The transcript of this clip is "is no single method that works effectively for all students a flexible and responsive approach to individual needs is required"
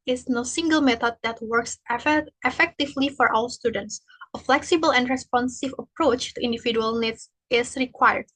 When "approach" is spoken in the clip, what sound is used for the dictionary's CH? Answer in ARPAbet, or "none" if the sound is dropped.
CH